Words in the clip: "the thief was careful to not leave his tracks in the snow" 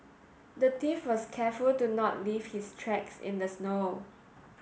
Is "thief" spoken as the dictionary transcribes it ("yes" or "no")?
no